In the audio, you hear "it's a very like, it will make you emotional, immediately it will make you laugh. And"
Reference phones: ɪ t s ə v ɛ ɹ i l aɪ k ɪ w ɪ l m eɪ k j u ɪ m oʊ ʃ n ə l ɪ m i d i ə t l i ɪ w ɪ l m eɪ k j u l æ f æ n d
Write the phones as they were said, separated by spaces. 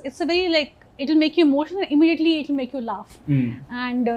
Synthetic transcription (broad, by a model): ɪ t s ə v ɛ ɹ i l aɪ k ɪ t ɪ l m eɪ k j u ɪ m oʊ ʃ ə n ɪ m i d i ə t l i ɪ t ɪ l m eɪ k j u l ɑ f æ n d